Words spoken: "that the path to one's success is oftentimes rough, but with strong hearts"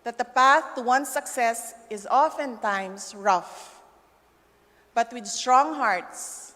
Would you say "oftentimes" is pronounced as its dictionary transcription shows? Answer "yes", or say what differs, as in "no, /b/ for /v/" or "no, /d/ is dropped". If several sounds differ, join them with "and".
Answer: no, /s/ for /z/